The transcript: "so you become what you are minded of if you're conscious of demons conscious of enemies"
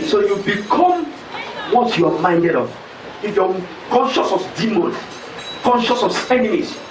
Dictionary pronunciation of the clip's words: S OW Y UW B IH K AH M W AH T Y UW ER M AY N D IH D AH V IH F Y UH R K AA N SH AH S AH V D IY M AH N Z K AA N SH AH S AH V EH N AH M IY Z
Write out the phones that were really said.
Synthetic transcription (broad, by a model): S OW Y UW B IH K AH M W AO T Y UW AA M AY N D IH D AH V IH F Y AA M K AA N SH AH S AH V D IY M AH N K AA N SH AH S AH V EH N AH M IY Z